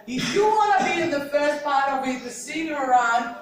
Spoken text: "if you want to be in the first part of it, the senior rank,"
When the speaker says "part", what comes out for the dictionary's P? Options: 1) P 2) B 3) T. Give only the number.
1